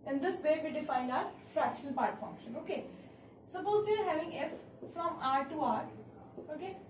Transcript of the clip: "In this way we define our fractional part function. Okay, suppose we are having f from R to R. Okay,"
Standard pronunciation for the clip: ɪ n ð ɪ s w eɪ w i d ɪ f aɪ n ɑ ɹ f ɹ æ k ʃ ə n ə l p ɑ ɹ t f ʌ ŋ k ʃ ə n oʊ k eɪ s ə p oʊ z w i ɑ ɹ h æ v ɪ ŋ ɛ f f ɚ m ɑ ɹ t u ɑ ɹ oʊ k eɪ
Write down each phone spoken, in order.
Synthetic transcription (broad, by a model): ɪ n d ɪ s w eɪ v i d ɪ f aɪ n ɑ ɹ f ɹ æ k ʃ ə n ə l p ɑ ɹ t f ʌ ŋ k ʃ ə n oʊ k eɪ s ə p oʊ z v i ɑ ɹ h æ v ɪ ŋ ɛ f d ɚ m ɑ ɹ t u ɑ ɹ oʊ k eɪ